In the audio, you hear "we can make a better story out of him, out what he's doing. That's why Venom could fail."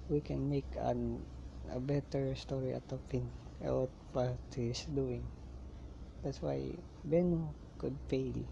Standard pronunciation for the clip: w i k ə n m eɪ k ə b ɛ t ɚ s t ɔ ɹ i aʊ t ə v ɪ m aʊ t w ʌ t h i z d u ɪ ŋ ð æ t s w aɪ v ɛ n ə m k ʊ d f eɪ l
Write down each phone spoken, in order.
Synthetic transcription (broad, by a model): w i k ə n m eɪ k ə b ɛ t ɚ s t ɔ ɹ i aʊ t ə p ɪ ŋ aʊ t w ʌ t h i s d u ɪ ŋ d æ t s w aɪ b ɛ n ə k ʊ d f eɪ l